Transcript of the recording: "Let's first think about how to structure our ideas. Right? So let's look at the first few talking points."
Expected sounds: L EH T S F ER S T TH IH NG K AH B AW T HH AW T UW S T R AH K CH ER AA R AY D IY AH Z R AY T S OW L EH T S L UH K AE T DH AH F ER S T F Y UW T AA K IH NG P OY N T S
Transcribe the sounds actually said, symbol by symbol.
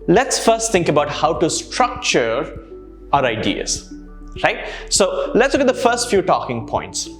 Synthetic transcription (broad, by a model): L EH T S F ER S T T IH NG K AH B AW T HH AW T UW S T R AH K CH ER AA R AY D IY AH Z R AY T S OW L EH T S L UH K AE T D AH F ER S T F Y UW T AA K IH NG P OY N T S